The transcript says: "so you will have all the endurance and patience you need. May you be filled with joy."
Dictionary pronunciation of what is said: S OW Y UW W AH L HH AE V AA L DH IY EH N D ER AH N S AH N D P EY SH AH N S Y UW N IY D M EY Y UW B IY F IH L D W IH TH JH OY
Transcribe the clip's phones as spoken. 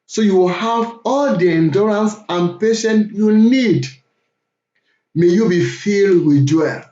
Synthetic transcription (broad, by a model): S OW Y UW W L HH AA V AA L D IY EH N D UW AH N S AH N P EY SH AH N Y UW N IY D M EY Y UW B IY F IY L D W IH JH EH